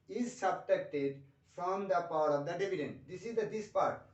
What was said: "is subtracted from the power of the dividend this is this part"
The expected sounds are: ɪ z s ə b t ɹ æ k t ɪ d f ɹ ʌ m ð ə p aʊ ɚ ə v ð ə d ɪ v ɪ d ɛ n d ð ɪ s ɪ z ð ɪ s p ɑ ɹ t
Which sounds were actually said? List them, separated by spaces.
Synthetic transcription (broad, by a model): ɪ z s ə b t ɛ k t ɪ d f ɹ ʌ m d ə p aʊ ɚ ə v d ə d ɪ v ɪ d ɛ n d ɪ s ɪ z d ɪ s p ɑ ɹ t